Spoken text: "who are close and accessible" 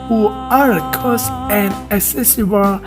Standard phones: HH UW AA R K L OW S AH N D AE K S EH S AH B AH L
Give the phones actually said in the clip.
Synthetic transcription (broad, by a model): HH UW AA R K OW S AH N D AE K S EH S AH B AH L